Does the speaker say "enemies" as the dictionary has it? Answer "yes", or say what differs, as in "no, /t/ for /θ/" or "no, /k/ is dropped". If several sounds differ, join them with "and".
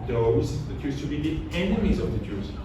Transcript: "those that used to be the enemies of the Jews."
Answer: yes